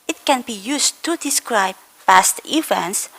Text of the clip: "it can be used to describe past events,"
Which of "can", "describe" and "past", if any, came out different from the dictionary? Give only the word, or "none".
none